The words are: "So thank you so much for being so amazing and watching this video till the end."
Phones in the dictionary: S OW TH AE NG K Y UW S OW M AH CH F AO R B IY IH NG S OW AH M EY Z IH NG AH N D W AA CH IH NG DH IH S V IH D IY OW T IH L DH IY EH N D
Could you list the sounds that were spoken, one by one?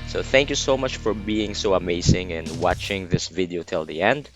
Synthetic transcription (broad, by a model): S OW TH AE NG K Y UW S OW M AH CH F AO R B IY IH NG S OW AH M EY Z IH NG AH N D W AA CH IH NG DH IH S V IH D IY OW T IH L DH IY EH N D